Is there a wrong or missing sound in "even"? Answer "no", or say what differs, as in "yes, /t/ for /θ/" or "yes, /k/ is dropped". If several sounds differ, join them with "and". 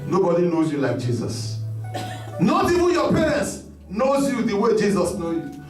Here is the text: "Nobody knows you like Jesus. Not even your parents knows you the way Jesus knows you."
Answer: yes, /w/ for /v/